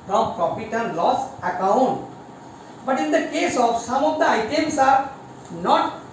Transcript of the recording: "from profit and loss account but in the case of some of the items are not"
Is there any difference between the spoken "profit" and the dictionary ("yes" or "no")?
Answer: yes